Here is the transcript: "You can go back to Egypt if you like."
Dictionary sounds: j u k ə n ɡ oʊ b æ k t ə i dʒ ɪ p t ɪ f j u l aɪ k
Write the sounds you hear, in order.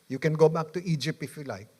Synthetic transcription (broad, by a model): j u k ə n ɡ oʊ b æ k t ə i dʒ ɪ p ɪ f j u l aɪ k